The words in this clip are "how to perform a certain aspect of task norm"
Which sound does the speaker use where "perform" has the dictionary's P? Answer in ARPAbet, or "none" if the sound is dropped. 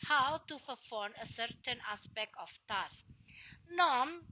F